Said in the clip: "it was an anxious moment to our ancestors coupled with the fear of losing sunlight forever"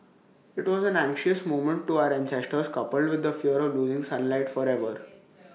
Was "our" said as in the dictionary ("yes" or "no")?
yes